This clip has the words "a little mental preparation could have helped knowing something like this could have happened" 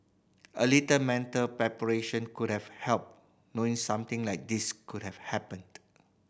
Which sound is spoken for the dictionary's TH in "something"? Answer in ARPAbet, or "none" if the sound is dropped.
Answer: T